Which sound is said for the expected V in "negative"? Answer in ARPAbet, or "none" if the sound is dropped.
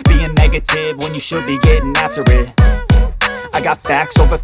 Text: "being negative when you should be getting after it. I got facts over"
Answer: V